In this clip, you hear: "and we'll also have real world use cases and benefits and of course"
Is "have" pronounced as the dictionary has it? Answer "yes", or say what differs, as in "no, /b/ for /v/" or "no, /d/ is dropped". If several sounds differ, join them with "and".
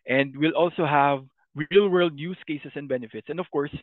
yes